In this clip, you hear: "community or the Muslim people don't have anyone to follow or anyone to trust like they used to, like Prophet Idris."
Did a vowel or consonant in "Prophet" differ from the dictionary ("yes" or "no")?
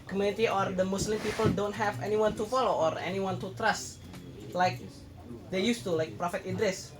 no